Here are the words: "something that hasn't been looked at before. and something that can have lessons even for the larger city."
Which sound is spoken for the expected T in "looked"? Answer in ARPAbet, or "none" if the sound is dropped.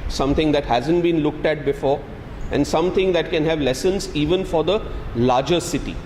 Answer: T